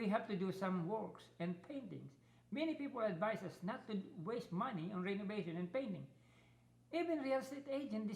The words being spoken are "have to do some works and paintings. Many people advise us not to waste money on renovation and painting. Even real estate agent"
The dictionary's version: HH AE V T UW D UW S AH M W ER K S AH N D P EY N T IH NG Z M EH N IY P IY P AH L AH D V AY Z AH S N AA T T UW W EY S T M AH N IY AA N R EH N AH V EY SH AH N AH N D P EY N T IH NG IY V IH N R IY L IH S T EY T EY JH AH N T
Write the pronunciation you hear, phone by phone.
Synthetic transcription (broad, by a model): HH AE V T UW D UW S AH M W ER K S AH N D P EY N T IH NG S M EH N IY P IY P AH L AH D V AY S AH S N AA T T UW W EY S T M AH N IY AA N R EH N AH V EY SH AH N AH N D P EY N T IH NG IY V IH N R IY L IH S T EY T EY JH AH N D